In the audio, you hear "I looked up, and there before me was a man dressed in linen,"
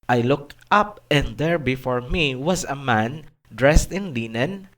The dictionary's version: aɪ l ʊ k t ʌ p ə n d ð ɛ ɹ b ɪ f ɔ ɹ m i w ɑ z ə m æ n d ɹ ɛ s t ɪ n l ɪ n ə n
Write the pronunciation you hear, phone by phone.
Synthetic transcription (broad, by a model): aɪ l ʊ k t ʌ p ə n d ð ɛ ɹ b ɪ f ɔ ɹ m i w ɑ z ə m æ n d ɹ ɛ s t ɪ n l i n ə n